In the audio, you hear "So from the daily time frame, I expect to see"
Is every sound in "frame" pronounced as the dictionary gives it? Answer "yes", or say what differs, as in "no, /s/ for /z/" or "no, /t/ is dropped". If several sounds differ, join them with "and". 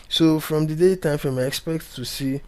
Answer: no, /ɹ/ is dropped